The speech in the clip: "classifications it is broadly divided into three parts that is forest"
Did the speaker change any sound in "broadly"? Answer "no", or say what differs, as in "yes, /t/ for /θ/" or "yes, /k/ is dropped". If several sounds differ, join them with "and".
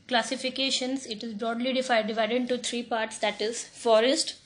no